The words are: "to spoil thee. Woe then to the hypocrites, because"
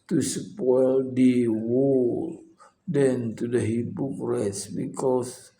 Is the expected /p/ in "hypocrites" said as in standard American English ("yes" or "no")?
no